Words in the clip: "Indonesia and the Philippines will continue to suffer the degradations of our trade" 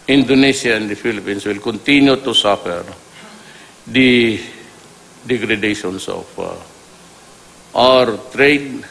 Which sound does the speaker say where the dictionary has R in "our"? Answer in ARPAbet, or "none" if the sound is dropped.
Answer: R